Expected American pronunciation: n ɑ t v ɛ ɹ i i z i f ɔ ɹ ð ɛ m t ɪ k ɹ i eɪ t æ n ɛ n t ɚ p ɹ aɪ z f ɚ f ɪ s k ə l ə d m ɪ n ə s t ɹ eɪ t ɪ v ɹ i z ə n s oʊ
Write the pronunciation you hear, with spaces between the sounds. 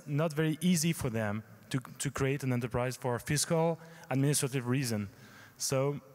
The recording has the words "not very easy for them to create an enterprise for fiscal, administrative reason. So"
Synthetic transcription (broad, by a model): n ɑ t v ɛ ɹ i i z i f ɔ ɹ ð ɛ m t ɪ k ɹ i eɪ t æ n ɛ n t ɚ p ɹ aɪ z f ɚ f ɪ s k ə l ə d m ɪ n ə s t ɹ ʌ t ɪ v ɹ i z ə n s oʊ